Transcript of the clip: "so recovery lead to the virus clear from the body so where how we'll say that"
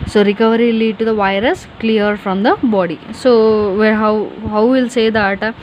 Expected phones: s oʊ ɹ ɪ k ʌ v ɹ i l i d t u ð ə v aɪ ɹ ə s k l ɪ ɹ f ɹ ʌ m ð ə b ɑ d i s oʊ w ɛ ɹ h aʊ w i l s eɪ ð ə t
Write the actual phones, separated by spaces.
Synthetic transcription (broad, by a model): s oʊ ɹ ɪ k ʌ v ɹ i l i d t u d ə v aɪ ɹ ə s k l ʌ ɹ f ɹ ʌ m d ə b ɑ d i s oʊ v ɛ w h aʊ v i l s eɪ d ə t